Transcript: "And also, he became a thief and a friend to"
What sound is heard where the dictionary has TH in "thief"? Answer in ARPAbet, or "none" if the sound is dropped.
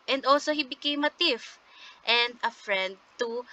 T